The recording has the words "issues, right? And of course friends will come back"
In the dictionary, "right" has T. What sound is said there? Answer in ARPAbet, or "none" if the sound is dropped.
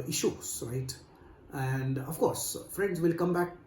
T